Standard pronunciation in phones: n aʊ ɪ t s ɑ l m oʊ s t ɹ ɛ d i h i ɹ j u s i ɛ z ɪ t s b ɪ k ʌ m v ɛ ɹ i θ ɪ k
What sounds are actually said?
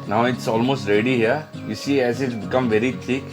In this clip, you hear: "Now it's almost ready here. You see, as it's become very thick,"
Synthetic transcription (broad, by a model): n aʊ ɪ t s ɑ l m oʊ s t ɹ ɛ d i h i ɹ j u s i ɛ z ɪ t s b ɪ k ʌ m v ɛ ɹ i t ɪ k